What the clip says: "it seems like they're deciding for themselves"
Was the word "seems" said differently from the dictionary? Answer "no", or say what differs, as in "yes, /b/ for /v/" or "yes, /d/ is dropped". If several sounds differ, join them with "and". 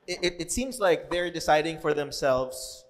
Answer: no